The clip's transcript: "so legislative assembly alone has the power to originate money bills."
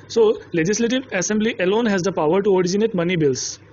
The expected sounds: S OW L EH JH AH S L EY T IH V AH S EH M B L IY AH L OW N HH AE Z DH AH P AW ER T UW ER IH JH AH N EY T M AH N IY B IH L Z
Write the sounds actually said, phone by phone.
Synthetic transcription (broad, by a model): S OW L EH JH AH S L EY T IH V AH S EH M B L IY AH L OW N HH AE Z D AH P AW ER T UW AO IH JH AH N EY T M AH N IY B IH L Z